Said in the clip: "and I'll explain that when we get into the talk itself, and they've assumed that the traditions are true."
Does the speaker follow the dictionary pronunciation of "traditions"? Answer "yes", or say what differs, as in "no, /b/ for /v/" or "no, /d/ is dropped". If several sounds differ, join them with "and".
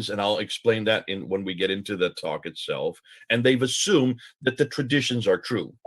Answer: yes